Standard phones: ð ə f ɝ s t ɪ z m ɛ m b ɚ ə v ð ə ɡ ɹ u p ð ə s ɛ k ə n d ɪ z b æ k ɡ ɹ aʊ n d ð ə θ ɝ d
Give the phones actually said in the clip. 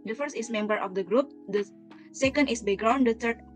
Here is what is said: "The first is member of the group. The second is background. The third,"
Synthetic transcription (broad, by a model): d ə f ɝ s t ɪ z m ɛ m b ɚ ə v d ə ɡ ɹ u p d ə s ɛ k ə n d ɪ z b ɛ ɡ ɹ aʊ n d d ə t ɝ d